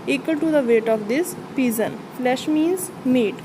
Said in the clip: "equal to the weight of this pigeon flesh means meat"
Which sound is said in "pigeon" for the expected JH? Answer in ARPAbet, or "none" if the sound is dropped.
Z